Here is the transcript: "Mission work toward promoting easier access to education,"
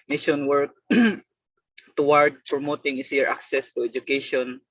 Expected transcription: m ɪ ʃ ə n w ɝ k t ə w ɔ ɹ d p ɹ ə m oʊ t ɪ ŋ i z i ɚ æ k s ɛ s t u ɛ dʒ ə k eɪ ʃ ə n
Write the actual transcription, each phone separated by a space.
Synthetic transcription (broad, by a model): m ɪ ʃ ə n w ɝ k t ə w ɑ ɹ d p ɹ ə m oʊ t ɪ ŋ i s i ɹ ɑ k s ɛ s t u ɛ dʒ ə k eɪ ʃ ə n